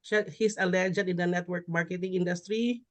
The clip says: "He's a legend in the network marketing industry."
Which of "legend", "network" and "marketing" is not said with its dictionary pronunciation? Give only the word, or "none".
legend